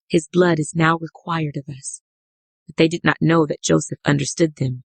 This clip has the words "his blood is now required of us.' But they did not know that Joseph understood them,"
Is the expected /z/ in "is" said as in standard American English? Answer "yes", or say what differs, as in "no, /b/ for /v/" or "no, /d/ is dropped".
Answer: yes